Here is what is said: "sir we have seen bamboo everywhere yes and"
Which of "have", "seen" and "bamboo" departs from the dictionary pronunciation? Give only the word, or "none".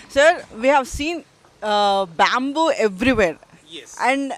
none